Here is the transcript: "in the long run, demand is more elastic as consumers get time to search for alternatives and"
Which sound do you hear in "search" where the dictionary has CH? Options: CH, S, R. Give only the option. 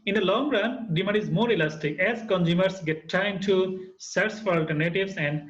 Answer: S